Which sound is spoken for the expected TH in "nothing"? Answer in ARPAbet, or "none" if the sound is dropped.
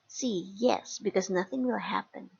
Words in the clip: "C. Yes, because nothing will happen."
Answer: TH